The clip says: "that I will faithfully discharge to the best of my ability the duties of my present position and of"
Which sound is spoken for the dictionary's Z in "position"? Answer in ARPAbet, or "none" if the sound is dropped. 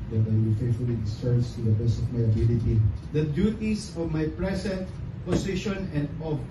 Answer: S